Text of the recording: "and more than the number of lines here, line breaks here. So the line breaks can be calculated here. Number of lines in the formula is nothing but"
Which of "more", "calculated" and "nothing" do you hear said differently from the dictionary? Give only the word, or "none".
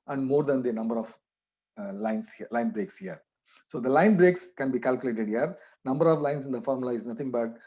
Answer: nothing